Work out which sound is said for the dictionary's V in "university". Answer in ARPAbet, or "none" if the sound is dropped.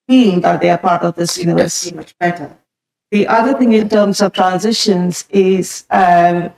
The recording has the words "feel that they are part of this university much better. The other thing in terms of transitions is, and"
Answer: none